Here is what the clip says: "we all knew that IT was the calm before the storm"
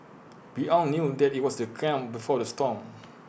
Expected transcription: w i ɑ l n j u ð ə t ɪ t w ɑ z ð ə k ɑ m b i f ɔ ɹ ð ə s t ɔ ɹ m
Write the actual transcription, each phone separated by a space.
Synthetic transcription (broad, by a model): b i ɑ n n j u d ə t ɪ t w ɑ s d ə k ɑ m b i f ɔ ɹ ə s t ɔ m